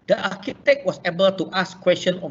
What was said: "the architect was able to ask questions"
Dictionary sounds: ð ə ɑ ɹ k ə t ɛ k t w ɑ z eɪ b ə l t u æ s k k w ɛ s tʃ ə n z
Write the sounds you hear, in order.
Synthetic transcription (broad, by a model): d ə ɑ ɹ k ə t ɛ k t w ɑ s eɪ b ə l t u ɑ s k k w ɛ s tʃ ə n